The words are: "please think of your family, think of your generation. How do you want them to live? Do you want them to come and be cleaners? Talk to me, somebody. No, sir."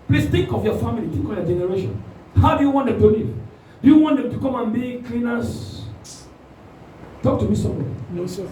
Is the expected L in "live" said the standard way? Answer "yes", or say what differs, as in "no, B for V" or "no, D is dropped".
no, N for L